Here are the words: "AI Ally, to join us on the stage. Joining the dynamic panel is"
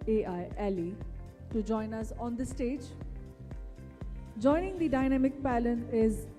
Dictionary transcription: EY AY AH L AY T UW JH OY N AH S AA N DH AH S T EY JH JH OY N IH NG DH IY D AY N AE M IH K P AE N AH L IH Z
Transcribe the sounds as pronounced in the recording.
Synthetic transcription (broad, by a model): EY AY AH L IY T UW JH OY N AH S AA N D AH S T EY JH JH OY N IH NG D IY D AY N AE M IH K P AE L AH N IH Z